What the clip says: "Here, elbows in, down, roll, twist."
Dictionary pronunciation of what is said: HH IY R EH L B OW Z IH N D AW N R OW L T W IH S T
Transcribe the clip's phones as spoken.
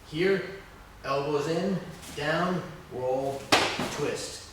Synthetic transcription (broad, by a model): HH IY R EH L B OW Z IH N D AW N R OW L T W IH S T